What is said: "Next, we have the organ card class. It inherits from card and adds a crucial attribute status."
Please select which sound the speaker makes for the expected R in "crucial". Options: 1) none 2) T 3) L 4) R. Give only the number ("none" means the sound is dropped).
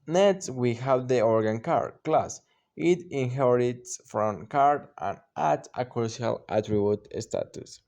1